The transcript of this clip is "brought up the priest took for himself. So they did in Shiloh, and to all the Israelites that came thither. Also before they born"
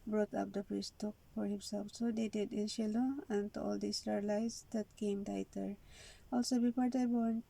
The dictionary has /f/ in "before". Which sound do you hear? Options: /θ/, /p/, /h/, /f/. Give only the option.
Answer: /p/